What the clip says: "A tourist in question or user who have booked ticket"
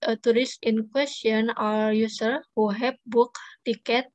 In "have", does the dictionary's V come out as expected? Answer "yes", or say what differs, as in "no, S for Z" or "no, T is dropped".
no, P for V